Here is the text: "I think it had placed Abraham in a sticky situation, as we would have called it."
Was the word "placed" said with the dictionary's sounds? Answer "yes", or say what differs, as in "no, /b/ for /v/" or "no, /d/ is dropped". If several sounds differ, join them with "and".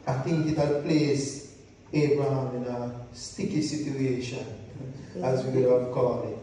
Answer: no, /t/ is dropped